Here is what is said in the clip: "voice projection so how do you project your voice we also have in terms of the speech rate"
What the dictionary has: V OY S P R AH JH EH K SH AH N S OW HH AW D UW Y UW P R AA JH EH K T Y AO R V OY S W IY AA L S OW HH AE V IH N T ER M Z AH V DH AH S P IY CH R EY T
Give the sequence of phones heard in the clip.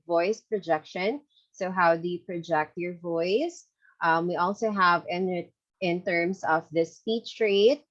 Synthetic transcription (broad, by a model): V OY S P R AH JH EH K SH AH N S OW HH AW D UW Y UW P R AA JH EH K T Y AO R V OY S W IY AA L S OW HH AE V IH N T ER M S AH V DH AH S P IY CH R EY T